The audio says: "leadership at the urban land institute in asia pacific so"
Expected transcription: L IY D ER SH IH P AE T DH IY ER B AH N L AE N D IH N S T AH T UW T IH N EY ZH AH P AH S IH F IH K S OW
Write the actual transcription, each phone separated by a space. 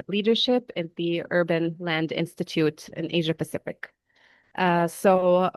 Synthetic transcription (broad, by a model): L IY D ER SH IH P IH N DH IY ER B AH N L AE N D IH N S T AH T UW T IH N EY ZH AH P AH S IH F IH K S OW